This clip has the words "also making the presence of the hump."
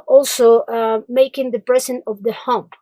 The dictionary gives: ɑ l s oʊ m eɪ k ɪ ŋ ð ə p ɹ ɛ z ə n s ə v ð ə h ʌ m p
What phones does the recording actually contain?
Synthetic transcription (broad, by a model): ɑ l s oʊ m eɪ k ɪ ŋ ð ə p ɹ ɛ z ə n ə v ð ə h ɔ m